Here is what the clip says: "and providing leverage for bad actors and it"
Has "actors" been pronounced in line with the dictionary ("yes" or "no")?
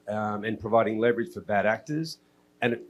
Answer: yes